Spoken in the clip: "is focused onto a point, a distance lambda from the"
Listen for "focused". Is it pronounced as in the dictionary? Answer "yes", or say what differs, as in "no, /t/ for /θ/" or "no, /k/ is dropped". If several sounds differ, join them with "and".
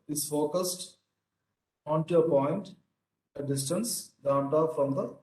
yes